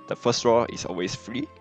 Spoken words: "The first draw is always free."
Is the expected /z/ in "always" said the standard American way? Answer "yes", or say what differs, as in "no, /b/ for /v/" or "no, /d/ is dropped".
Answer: no, /s/ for /z/